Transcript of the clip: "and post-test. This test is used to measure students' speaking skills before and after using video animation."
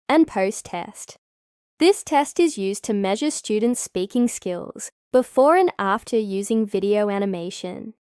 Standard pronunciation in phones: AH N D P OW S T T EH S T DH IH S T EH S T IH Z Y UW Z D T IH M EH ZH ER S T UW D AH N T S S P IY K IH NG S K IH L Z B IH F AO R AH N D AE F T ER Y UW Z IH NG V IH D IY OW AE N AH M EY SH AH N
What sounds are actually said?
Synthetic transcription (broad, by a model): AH N P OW S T T EH S T DH IH S T EH S T IH Z Y UW Z T IH M EH ZH ER S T UW D N T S S P IY K IH NG S K IH L Z B IH F AO R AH N AE F T ER Y UW Z IH NG V IH D IY OW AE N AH M EY SH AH N